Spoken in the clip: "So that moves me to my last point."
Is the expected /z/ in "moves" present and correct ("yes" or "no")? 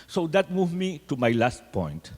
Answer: no